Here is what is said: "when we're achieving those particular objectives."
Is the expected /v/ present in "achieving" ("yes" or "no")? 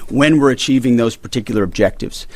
yes